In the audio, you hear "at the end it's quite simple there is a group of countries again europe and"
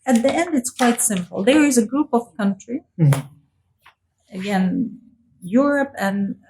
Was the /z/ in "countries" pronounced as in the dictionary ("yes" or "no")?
no